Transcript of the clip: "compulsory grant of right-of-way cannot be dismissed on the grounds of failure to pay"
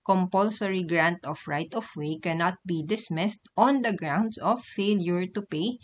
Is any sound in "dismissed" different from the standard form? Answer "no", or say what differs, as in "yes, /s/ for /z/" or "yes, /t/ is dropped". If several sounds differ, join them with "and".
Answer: no